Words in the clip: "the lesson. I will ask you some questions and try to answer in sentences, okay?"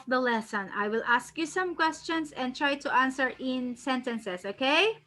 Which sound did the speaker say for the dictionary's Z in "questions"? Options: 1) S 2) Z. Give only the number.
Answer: 1